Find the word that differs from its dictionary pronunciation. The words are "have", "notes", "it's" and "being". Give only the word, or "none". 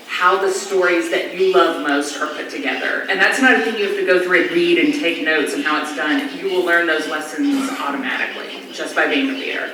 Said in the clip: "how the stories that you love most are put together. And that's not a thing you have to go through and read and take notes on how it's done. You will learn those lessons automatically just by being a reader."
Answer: have